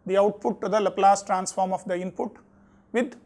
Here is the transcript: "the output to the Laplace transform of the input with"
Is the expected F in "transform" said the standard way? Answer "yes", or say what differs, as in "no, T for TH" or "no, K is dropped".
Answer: yes